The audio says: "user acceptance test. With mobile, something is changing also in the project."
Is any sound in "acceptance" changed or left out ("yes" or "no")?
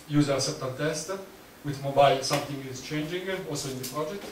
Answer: yes